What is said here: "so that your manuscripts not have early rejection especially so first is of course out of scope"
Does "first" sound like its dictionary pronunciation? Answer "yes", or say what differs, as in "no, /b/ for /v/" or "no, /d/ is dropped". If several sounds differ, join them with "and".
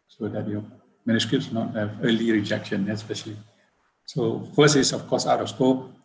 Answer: no, /t/ is dropped